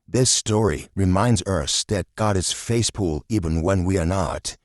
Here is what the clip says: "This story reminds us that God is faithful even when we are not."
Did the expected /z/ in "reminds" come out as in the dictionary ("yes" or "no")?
yes